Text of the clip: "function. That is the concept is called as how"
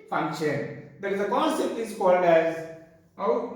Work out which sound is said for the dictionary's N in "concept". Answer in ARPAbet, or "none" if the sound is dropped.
N